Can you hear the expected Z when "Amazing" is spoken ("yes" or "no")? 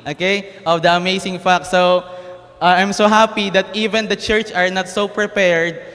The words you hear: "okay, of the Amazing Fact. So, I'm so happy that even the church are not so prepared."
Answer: no